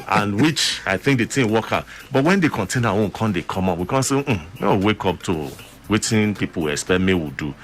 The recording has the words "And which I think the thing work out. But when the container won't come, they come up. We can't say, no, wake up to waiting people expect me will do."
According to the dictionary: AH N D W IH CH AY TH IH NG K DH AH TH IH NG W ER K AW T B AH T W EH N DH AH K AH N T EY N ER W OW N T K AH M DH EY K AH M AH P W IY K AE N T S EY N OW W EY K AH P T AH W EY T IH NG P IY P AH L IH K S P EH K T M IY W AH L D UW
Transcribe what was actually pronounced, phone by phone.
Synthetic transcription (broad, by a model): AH N W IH CH AY TH IH NG K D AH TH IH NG W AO K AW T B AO T W EH N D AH K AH N T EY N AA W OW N K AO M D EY K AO M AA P W IY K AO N S EY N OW W EY K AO P T AH W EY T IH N P IY P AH W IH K S P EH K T M IY W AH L D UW